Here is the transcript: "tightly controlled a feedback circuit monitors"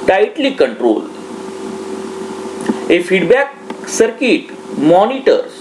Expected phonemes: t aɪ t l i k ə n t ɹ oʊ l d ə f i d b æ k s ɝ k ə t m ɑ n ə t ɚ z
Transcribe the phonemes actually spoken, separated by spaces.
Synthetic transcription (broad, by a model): t aɪ t l i k ə n t ɹ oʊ l ə f i d b æ k s ɝ k ə t m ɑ n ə t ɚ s